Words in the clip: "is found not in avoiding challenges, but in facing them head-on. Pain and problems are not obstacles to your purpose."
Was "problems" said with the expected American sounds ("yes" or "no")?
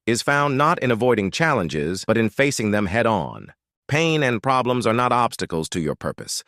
yes